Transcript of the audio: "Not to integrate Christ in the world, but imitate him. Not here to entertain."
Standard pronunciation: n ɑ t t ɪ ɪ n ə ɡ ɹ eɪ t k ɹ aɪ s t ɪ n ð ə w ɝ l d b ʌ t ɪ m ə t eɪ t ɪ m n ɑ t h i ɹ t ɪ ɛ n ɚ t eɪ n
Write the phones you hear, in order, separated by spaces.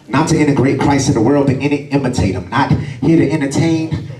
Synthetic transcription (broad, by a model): n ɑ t t ɪ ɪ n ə ɡ ɹ eɪ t k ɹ aɪ s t ɪ n ð ə w ɝ l d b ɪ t ɪ m ə t eɪ t ɪ m n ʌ t h i ɹ t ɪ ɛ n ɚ t eɪ n